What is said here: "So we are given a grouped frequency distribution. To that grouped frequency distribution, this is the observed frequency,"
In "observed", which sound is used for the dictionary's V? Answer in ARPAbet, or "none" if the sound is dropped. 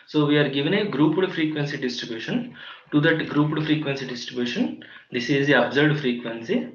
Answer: none